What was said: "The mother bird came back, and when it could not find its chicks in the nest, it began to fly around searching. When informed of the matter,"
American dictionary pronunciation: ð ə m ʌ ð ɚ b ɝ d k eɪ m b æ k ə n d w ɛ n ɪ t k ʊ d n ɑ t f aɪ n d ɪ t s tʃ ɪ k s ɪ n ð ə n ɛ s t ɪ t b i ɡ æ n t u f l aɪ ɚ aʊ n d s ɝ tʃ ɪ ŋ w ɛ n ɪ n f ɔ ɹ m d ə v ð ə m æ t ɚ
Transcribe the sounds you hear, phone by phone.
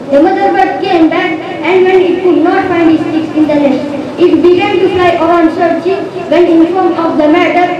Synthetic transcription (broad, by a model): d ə m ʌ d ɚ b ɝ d k eɪ m b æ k ə n d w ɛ n ɪ t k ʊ d n ɑ t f aɪ n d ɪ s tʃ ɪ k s ɪ n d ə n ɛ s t ɪ t b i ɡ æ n t u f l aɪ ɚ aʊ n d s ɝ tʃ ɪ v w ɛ n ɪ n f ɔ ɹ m ə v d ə m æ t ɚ